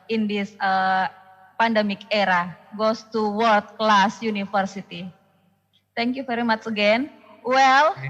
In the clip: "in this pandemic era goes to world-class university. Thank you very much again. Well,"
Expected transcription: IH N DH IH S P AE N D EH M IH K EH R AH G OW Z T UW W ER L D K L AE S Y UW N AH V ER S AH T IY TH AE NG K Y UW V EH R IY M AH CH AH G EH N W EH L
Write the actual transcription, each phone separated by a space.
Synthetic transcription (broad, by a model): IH N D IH S P AE N D EH M IH K EH R AH G OW S T UW W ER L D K L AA S Y UW N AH F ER S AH T IY T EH NG K Y UW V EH R IY M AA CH AH G EH N W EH L